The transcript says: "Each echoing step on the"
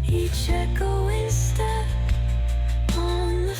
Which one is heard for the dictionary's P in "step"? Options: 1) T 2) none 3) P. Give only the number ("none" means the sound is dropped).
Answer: 2